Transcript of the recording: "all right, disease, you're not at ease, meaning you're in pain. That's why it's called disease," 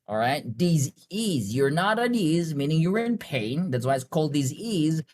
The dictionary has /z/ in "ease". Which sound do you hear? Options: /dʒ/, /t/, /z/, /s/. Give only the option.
/z/